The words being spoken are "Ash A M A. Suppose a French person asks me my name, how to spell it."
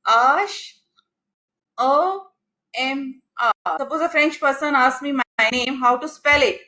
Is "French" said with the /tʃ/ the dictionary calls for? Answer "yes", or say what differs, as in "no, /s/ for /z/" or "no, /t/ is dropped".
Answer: yes